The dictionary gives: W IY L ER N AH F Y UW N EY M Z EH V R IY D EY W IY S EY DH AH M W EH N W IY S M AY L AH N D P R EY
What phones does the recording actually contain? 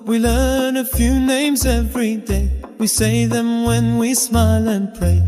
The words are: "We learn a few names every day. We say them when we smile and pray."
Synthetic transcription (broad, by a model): W IY L ER N AH F Y UW N EY M Z EH V R IY D EY W IY S EY DH AH M W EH N W IY S M AY L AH N P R EY